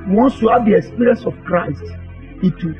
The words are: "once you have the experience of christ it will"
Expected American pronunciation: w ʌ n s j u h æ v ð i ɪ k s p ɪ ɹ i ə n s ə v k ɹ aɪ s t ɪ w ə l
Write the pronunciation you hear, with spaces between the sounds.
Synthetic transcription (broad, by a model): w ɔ n s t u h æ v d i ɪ k s p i ɹ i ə n s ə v k ɹ aɪ s t ɪ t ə